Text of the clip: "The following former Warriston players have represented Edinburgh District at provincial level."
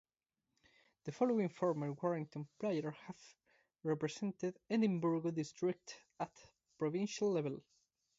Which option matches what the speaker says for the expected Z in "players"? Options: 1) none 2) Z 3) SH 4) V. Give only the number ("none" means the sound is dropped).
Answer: 1